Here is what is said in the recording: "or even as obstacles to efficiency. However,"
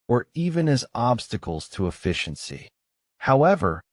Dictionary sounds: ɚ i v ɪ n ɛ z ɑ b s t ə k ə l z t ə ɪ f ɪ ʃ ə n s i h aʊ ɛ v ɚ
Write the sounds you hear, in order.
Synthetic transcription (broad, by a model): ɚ i v ɪ n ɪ z ɑ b s t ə k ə l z t ə ɪ f ɪ ʃ ə n s i h aʊ ɛ v ɚ